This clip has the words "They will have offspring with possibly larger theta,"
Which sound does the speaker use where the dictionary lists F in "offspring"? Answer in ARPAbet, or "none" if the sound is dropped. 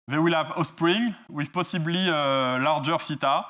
none